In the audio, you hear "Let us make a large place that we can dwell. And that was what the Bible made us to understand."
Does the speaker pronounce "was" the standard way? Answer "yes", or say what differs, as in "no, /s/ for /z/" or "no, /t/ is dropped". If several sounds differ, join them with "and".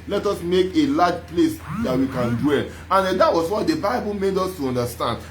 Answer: no, /s/ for /z/